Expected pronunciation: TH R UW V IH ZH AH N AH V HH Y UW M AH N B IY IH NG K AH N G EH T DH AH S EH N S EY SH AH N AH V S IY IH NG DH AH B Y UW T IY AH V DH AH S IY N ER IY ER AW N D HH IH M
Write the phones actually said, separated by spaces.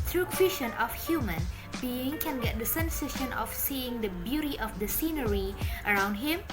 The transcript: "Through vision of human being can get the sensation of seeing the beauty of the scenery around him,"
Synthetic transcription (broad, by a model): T R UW W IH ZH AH N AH F HH Y UW M AH N B IY IH NG K AH N G EH T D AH S EH N S EY SH AH N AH F S IY IH NG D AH B Y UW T IY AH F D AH S IY N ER IY ER AW N D HH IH M